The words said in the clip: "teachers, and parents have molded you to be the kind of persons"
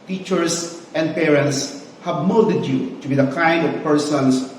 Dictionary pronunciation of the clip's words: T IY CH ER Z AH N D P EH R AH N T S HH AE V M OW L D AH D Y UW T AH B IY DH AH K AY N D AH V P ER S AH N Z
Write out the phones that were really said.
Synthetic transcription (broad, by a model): T IY CH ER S AH N D P EH R AH N T S HH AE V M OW D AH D Y UW T AH B IY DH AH K AY N D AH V P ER S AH N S